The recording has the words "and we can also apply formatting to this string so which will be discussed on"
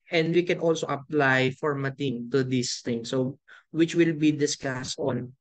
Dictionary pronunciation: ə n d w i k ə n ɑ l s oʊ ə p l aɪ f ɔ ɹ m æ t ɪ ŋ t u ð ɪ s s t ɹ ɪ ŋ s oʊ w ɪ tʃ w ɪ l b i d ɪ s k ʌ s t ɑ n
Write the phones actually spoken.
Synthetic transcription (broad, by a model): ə n d w i k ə n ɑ l s oʊ ə p l aɪ f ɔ ɹ m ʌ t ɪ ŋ t u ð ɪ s s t ɪ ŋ s oʊ w ɪ tʃ w ɪ l b i d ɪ s k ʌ s t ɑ n